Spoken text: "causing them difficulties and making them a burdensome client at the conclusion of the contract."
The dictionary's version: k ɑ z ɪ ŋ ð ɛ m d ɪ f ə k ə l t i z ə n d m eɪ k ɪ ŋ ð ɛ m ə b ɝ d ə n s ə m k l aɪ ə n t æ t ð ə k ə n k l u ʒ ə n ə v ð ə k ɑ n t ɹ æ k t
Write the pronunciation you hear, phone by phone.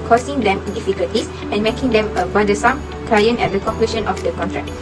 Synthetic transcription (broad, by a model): k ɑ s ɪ ŋ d ɛ m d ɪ f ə k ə l t i s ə n m eɪ k ɪ ŋ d ɛ m ə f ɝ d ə s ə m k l aɪ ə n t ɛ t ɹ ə k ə k i ʃ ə n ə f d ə k ɑ n t ɹ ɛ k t